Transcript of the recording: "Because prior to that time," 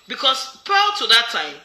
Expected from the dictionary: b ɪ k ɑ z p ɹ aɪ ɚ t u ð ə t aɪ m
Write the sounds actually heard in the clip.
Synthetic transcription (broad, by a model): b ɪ k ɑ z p aɪ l t u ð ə t aɪ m